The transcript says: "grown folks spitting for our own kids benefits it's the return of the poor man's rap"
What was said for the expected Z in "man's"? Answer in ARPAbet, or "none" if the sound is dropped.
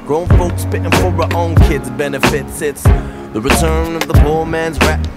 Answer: Z